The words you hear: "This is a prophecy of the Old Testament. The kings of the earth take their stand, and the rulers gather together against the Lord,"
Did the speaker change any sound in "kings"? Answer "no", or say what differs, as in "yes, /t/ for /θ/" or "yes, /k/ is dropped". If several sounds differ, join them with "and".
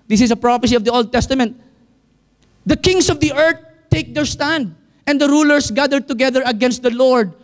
yes, /s/ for /z/